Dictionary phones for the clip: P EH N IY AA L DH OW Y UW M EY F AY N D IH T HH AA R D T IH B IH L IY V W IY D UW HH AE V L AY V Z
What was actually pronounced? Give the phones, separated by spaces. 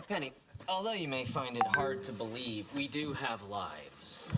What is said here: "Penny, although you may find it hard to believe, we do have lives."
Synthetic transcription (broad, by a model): P EH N IY AA L DH OW Y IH M EY F AY N D IH T HH AA R D T IH B IH L IY V W IY D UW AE V L AY V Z